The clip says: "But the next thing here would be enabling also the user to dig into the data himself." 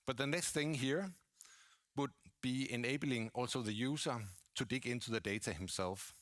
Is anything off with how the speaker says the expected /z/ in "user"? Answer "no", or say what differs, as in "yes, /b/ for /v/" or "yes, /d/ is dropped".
yes, /s/ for /z/